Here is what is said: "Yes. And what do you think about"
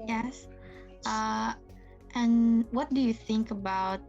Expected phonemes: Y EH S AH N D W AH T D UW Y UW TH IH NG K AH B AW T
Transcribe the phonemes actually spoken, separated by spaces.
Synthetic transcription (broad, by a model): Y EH S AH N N W AH T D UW Y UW TH IH NG K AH B AW T